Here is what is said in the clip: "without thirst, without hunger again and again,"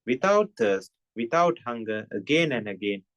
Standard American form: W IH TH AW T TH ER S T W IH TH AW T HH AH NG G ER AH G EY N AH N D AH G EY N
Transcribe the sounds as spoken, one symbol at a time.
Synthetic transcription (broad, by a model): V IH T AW T T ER S T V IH T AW T HH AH NG G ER AH G EY N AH N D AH G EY N